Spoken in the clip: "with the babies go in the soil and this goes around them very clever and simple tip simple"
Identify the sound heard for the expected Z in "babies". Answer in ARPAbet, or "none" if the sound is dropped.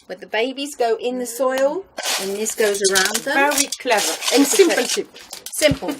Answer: Z